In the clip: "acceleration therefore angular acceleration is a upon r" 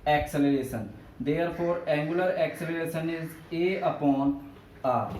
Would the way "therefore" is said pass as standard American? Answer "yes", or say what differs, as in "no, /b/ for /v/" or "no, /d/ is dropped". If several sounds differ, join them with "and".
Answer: no, /p/ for /f/